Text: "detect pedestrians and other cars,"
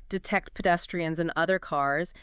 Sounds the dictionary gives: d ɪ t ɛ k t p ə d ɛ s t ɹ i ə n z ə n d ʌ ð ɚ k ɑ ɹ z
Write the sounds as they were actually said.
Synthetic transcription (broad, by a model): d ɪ t ɛ k t p ə d ɛ s t ɹ i ə n z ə n ʌ ð ɚ k ɑ ɹ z